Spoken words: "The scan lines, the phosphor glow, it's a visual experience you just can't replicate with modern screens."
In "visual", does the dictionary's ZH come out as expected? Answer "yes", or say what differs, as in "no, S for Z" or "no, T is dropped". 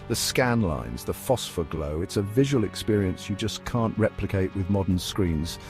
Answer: yes